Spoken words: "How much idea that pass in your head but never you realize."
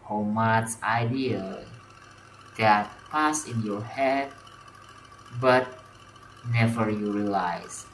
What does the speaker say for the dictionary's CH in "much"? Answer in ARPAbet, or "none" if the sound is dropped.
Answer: S